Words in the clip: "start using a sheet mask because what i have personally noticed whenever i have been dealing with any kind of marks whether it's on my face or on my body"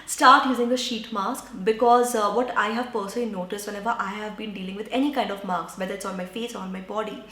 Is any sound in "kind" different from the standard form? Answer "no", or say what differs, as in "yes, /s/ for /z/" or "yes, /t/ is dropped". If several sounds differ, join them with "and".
no